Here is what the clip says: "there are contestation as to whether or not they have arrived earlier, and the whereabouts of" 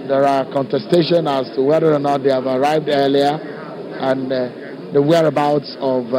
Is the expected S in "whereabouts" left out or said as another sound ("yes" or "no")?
no